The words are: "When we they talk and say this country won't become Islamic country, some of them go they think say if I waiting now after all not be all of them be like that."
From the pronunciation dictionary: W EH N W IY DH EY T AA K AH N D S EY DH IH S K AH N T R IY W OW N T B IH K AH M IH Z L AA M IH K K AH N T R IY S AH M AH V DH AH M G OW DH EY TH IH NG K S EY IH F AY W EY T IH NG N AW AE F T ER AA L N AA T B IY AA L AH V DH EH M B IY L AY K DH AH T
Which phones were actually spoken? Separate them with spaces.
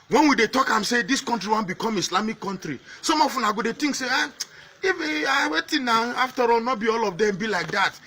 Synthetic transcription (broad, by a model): W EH N W IY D EY T AA K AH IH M S EY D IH S K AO N T R IY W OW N B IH K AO M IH S L AA M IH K K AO N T R IY S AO M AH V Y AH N G OW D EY T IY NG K S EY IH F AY W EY T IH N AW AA F T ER AA L N AA T B IY AA L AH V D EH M B IY L AY K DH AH T